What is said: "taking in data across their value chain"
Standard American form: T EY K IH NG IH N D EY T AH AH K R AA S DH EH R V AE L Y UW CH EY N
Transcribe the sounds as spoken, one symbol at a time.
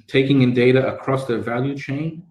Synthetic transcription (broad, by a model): T EY K IH NG IH N D EY T AH AH K R AA S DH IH V AE L Y UW CH EY N